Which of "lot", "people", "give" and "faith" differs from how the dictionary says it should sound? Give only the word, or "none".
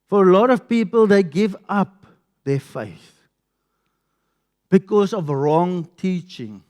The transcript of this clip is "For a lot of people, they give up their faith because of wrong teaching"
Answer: none